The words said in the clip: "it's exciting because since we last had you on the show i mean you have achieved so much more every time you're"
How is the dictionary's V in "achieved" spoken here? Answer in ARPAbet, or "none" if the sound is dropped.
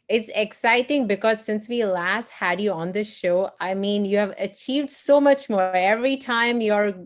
V